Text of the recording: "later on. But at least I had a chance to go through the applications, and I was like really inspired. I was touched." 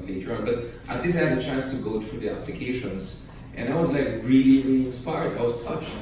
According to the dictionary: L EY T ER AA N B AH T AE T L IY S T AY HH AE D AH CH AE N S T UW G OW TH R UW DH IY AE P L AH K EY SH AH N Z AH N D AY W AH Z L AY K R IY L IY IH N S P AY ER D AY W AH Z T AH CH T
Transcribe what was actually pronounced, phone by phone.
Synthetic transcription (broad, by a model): L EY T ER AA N B AH T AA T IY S AY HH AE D AH CH AE N S T UW G OW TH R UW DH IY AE P L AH K EY SH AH N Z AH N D AY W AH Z L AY K R IY L IY IH N S P AY ER D AY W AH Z T AH CH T